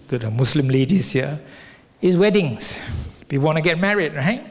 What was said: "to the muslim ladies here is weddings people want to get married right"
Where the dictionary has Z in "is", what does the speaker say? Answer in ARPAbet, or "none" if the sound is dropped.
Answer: S